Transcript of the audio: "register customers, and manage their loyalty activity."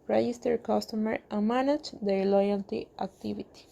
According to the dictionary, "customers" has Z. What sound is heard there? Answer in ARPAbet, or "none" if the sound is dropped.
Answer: none